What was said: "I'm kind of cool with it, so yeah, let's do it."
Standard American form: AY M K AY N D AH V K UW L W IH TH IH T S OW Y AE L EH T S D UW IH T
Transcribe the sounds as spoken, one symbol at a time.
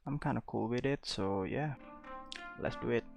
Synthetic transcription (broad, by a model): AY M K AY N AH K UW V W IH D IH T S OW Y AE L EH T S D UW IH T